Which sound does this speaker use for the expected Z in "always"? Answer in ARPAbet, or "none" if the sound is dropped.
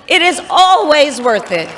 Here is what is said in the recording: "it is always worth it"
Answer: Z